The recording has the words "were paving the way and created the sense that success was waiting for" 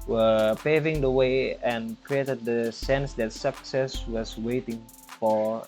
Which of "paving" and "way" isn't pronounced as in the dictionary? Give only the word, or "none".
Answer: none